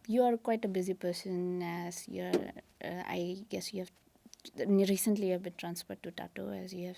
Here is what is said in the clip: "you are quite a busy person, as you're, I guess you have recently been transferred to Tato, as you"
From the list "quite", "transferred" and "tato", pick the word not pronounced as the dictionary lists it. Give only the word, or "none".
transferred